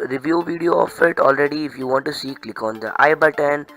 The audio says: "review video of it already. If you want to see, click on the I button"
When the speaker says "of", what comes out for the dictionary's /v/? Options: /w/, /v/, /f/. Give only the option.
/f/